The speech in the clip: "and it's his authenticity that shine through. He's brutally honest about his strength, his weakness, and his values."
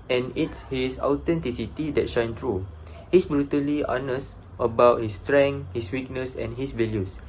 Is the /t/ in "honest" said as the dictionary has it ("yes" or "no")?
yes